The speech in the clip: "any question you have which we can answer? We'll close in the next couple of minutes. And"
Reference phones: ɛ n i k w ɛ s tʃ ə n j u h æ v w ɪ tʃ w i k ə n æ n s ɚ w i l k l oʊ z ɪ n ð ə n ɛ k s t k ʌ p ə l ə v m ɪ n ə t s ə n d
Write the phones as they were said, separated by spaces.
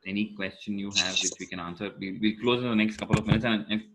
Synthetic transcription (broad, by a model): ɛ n i k w ɛ s tʃ ə n j u h æ v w ɪ tʃ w i k ə n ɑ n s ɚ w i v k l oʊ z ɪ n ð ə n ɛ k s t k ʌ p ə l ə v m ɪ n ə t s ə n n